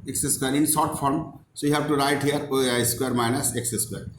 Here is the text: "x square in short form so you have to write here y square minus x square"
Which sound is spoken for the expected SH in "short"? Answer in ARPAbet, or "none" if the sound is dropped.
S